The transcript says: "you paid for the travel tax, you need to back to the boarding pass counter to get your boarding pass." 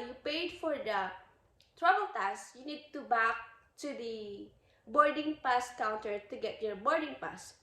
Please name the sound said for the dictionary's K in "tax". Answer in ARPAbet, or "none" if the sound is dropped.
none